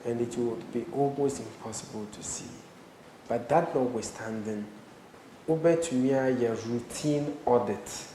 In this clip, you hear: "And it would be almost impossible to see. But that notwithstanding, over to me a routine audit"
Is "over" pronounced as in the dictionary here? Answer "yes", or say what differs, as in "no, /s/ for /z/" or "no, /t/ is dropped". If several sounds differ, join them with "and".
no, /b/ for /v/